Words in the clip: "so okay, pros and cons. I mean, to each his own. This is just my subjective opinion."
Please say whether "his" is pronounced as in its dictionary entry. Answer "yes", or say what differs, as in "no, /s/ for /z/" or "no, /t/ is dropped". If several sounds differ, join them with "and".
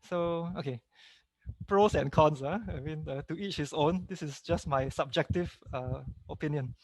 no, /s/ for /z/